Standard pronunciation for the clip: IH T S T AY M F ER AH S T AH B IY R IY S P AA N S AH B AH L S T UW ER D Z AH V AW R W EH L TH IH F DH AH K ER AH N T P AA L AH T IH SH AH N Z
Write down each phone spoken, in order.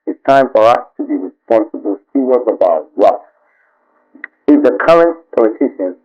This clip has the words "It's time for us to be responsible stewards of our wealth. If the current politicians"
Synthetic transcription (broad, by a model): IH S T AY M F ER AH S T AH B IY R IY S P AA N S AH B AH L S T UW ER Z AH B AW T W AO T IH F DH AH K ER AH N T P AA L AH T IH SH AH N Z